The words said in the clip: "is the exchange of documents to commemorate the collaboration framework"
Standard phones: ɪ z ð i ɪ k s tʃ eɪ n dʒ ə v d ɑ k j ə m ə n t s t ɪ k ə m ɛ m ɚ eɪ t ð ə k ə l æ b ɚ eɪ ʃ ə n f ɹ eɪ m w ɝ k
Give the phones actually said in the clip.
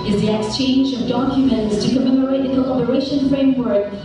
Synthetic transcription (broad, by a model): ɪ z ð i ɪ k s tʃ eɪ n dʒ ə v d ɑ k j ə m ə n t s t ɪ k ə m ɛ m ɚ eɪ t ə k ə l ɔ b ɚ eɪ ʃ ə n f ɹ eɪ m w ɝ k